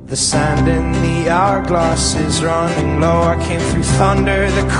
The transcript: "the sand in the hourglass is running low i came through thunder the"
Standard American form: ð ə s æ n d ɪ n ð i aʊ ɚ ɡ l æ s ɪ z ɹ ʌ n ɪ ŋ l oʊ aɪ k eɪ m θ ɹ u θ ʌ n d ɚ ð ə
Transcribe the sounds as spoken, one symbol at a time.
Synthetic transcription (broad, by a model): ð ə s æ n d ɪ n ð i aʊ ɚ ɡ l æ s ɪ z ɹ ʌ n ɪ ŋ l oʊ aɪ k eɪ m θ ɹ u θ ʌ n d ɚ ð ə